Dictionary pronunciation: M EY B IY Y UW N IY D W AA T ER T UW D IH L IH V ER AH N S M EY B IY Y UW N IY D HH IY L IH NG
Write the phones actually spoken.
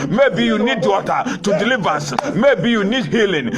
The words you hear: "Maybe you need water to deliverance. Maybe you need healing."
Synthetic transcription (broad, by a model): M EY B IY Y UW N IY D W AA T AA T UW D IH L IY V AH S M EY B IY Y UW N IY D HH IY L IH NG